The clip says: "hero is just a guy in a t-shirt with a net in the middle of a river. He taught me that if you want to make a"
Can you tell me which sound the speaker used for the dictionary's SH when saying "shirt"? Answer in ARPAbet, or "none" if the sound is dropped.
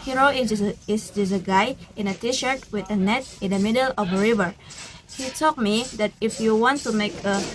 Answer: SH